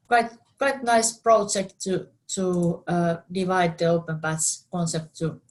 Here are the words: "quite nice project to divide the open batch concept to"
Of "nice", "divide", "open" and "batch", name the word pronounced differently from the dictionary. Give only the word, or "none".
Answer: batch